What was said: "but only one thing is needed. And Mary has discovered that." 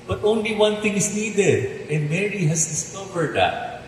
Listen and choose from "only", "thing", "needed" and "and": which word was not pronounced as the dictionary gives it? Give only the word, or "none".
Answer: thing